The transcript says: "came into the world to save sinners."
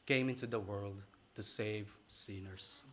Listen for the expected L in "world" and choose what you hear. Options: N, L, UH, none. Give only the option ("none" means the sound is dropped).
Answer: L